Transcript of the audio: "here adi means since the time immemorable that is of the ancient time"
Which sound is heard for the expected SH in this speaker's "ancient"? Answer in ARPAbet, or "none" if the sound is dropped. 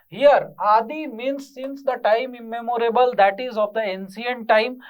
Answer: S